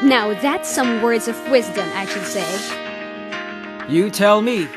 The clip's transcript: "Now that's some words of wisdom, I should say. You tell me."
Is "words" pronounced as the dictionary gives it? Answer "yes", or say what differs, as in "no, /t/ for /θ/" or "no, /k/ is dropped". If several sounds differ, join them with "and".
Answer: yes